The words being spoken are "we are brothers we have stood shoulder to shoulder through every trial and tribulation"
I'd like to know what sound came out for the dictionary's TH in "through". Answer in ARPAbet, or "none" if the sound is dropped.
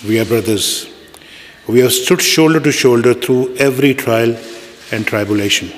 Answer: T